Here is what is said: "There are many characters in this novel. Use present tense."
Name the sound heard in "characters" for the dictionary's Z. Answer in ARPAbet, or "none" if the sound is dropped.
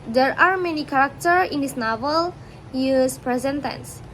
none